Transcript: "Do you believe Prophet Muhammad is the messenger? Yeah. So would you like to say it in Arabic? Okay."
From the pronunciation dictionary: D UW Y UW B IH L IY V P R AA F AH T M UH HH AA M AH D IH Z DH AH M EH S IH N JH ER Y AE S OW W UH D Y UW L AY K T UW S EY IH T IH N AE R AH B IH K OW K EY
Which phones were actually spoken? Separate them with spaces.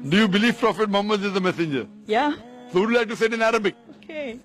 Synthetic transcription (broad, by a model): D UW Y UW B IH L IY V P R AA F AH T M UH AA M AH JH IH Z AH M EH S IH N JH ER Y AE S OW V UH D L AY K T UW S EY IH T IH N AE R AH B IH K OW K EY